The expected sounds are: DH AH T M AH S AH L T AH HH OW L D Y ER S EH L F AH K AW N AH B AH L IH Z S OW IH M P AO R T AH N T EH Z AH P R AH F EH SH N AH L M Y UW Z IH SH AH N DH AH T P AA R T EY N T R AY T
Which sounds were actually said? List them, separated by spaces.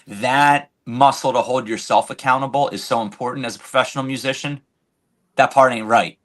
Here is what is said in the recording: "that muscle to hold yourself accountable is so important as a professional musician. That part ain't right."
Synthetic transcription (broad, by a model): DH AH T M AH S L T AH HH OW L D Y ER S EH L F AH K AW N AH B L IH Z S OW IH M P AO R T N T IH Z AH P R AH F EH SH N L M Y UW Z IH SH AH N DH AH T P AA R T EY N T R AY T